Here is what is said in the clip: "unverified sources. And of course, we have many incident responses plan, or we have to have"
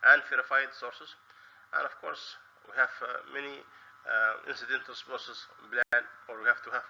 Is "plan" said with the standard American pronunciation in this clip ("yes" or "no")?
no